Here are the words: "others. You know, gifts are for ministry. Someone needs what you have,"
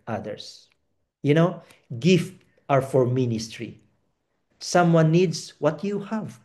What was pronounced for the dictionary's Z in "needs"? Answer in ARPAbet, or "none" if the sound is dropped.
S